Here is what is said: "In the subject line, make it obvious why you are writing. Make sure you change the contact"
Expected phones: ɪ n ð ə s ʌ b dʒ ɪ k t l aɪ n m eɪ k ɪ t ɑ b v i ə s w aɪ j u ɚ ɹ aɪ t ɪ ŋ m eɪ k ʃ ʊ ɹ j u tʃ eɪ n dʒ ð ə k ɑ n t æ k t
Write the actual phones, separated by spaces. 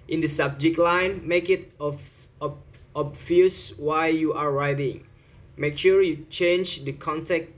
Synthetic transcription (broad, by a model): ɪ n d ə s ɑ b dʒ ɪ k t l aɪ n m eɪ k ɪ t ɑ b f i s w aɪ j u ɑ ɹ aɪ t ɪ ŋ m eɪ k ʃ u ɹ j u tʃ eɪ n dʒ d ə k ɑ n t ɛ k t